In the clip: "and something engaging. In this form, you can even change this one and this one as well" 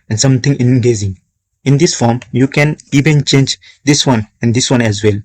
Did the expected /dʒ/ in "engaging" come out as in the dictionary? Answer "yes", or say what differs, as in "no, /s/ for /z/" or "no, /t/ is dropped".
no, /z/ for /dʒ/